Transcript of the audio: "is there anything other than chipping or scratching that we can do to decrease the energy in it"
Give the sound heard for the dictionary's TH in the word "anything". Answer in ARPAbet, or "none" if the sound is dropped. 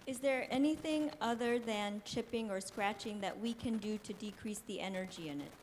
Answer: TH